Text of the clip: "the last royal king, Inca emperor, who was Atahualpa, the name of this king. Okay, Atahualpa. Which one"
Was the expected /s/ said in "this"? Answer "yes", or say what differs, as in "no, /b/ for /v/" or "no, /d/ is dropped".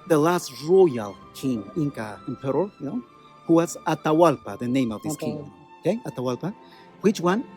no, /s/ is dropped